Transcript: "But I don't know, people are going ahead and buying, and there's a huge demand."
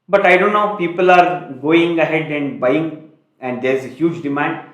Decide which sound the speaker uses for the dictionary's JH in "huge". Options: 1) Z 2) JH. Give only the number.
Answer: 2